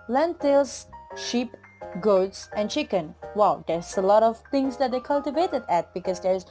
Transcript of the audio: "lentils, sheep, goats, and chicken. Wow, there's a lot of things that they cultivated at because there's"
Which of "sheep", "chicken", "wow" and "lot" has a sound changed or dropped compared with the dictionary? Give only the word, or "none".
none